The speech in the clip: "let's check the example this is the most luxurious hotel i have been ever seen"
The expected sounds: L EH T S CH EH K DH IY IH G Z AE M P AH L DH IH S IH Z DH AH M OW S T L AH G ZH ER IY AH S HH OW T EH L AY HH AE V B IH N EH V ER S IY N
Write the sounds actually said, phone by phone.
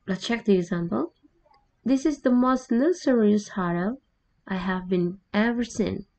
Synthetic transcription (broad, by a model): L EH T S CH EH K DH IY IH G Z AE M P AH L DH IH S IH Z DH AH M OW S T N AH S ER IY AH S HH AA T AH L AY HH AE V B IH N EH V ER S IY N